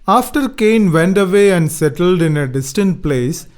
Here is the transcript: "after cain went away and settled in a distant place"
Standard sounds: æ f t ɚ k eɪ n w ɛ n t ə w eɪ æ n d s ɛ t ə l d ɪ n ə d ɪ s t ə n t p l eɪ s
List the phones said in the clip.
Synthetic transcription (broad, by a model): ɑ f t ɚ k eɪ n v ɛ n t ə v eɪ æ n d s ɛ t ə l d ɪ n ə d ɪ s t ə n t p l eɪ s